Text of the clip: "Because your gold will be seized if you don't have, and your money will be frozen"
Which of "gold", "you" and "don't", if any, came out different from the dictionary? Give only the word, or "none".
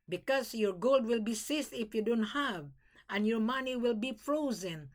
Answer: none